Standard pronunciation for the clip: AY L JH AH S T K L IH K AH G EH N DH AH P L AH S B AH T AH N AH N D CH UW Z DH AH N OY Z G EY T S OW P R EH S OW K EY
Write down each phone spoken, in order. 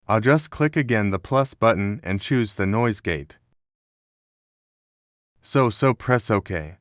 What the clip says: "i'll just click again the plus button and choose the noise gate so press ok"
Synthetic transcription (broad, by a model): AY L JH AH S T K L IH K AH G EH N DH AH P L AH S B AH T N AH N CH UW Z DH AH N OY Z G EY T S OW P R EH S OW K EY